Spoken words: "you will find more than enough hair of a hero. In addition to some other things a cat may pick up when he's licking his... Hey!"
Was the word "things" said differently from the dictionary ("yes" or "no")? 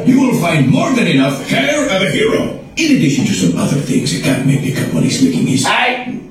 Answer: no